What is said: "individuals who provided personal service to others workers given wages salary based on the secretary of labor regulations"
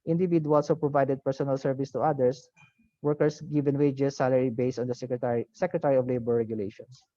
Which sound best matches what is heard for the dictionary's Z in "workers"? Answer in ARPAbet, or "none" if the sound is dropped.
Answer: S